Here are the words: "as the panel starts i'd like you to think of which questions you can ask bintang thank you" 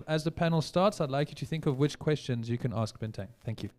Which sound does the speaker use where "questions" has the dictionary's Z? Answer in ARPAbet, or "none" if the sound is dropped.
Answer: Z